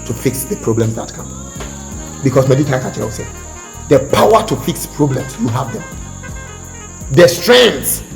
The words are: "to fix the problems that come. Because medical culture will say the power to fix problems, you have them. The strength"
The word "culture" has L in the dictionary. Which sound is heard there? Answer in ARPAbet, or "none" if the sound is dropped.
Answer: none